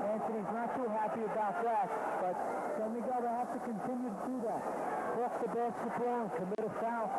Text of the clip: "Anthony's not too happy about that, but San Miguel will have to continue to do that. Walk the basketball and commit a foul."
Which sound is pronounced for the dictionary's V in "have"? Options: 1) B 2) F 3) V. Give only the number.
2